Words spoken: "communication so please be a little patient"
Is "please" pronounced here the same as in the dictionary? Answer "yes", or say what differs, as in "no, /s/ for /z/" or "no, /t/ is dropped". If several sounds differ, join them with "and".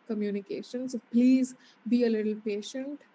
yes